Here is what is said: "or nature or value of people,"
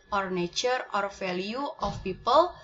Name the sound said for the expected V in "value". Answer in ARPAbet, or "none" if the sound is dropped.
F